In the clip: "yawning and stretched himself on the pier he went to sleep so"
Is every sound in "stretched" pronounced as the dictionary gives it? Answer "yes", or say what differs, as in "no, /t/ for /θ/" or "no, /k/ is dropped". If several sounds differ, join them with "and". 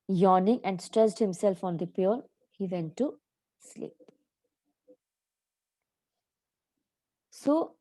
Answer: no, /s/ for /tʃ/